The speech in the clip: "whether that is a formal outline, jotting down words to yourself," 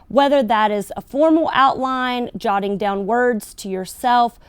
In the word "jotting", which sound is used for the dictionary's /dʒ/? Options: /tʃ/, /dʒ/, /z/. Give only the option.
/dʒ/